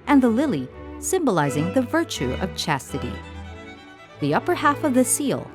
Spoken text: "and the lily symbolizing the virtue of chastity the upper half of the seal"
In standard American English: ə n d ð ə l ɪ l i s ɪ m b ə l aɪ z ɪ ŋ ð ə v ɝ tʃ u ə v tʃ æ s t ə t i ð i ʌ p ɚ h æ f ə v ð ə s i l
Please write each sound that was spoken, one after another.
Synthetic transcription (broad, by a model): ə n ð ə l ɪ l i s ɪ m b ə l aɪ z ɪ ŋ ð ə v ɝ tʃ u ə v tʃ æ s t ə t i ð i ʌ p ɚ h æ f ə v ð ə s i l